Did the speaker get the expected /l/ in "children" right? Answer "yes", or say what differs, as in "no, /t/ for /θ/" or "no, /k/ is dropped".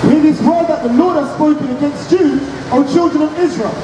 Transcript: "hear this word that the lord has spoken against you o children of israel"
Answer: yes